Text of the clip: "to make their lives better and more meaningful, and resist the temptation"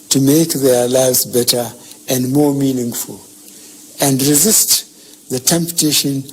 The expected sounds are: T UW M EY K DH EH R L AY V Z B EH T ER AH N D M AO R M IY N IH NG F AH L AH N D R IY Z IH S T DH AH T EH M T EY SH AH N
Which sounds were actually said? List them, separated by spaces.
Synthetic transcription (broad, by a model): T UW M EY K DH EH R L AY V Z B EH T ER AH N D M AO R M IY N IH NG F AH L AH N D R IY Z IH S T DH AH T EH M T EY SH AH N